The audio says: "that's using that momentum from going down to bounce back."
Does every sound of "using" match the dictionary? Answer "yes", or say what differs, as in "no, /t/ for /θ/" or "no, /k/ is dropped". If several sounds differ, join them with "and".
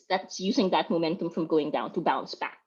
yes